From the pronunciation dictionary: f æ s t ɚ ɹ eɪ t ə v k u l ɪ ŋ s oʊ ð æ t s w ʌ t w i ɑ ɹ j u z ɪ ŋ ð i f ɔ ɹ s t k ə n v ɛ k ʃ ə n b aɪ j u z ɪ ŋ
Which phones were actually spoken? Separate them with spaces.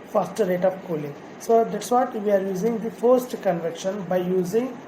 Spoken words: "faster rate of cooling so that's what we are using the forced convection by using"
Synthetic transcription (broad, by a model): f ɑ s t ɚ ɹ eɪ t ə p k u l ɪ ŋ s oʊ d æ t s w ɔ t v i ɑ ɹ j u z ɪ ŋ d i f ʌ ɹ s t k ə n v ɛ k ʃ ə n b aɪ j u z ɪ ŋ